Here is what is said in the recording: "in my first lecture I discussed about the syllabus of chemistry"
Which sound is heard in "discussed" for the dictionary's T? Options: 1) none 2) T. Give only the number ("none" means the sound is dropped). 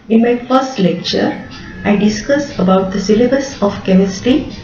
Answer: 1